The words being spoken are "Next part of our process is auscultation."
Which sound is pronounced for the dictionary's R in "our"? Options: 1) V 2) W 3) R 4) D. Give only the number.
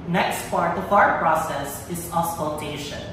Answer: 3